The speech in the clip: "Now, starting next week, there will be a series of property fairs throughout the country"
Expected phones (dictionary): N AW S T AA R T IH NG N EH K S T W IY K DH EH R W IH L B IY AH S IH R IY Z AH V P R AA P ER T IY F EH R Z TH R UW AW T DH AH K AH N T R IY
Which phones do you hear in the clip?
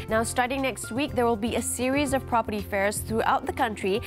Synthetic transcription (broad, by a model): N AW S T AA R T IH NG N EH K S T W IY K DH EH R W IH L B IY AH S IH R IY Z AH V P R AA P ER T IY F EH R Z TH R UW AW T DH AH K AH N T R IY